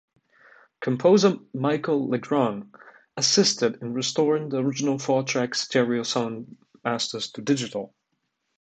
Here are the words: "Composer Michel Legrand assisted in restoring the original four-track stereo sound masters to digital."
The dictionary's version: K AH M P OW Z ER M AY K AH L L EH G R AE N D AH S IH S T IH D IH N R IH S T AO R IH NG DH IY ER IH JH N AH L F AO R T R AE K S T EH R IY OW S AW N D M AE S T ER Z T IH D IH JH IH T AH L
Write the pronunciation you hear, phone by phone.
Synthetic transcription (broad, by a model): K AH M P OW Z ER M AY K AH L L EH G R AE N AH S IH S T IH D IH N R IH S T AO R IH NG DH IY ER IH JH N AH L F AO R T R AE K S T EH R IY OW S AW N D M AE S T ER Z T IH D IH JH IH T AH L